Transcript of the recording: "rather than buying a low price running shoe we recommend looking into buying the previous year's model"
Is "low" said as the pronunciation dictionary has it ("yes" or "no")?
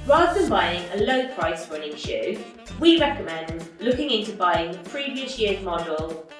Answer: yes